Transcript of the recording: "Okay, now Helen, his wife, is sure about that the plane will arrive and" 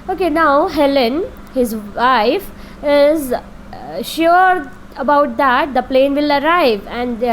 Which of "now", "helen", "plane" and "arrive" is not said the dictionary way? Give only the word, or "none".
none